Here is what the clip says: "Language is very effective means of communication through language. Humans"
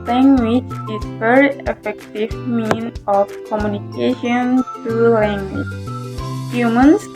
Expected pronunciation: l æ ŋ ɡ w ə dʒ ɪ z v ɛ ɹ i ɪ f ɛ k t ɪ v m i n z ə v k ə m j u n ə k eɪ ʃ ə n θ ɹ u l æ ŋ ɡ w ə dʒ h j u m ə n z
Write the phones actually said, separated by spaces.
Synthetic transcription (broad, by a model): l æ ŋ ɡ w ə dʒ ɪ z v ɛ ɹ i ɪ f ɛ k t ɪ v m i n ə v k ə m j u n ə k eɪ ʃ ə n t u l æ ŋ ɡ w ə dʒ h j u m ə n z